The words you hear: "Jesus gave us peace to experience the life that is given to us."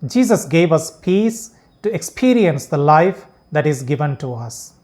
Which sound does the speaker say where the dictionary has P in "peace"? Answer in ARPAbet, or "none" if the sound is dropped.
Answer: P